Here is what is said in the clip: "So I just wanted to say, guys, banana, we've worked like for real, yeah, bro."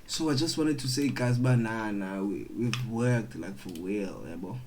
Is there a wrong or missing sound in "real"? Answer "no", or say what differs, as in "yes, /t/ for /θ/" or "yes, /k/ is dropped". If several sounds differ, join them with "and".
yes, /w/ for /ɹ/